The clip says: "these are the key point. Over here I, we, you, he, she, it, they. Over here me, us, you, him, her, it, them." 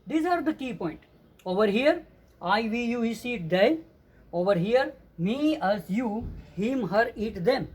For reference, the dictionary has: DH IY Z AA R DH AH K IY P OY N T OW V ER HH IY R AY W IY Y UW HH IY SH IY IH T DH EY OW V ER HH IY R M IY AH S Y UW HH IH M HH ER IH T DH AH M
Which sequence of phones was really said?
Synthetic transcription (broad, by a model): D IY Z AA R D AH K IY P OY N T OW V ER HH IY R AY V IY Y UW HH IY S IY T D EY OW V ER HH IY R M IY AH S Y UW HH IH M HH ER IH T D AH M